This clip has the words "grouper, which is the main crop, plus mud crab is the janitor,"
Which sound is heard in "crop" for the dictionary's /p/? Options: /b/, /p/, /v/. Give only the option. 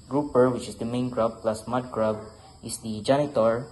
/b/